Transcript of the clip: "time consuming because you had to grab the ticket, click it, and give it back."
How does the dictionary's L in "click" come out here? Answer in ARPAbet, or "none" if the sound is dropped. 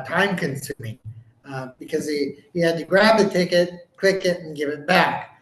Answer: W